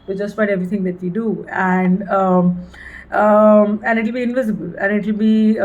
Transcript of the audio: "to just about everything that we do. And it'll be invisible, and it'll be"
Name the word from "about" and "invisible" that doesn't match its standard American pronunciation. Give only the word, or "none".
about